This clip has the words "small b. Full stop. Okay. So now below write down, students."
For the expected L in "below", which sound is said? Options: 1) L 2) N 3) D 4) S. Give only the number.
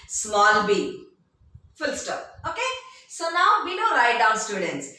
2